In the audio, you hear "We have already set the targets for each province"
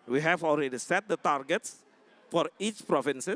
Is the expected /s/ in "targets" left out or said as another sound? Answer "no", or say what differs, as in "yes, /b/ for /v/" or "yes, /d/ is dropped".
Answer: no